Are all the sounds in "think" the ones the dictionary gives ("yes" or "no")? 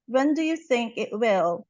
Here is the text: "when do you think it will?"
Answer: yes